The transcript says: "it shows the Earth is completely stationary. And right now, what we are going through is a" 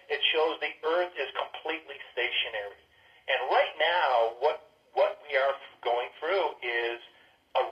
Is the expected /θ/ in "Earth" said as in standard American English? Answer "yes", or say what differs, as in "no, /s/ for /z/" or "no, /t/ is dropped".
yes